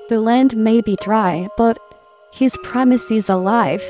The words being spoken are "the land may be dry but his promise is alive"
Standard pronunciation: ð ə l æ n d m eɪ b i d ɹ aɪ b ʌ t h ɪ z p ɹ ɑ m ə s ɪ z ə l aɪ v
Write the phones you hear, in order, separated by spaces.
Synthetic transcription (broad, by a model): ð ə l æ n d m eɪ b i d ɹ aɪ b ʌ t h ɪ z p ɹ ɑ m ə s ɪ z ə l aɪ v